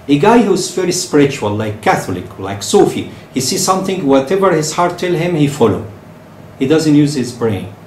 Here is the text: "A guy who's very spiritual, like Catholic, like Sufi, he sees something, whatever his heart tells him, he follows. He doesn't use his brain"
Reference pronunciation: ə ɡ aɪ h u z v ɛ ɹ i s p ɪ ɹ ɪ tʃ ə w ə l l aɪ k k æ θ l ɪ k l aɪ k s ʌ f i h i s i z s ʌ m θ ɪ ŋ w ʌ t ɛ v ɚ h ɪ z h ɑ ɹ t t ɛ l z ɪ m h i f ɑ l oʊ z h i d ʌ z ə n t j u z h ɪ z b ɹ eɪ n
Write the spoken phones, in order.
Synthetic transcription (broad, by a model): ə ɡ aɪ h u z v ɛ ɹ i s p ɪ ɹ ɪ tʃ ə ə l l aɪ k k æ θ l ɪ k l aɪ k s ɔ f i h i s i s ʌ m θ ɪ ŋ w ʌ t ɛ v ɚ h ɪ z h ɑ ɹ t t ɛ l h ɪ m h i f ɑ l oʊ h i d ʌ z ə n t j u z h ɪ z b ɹ eɪ n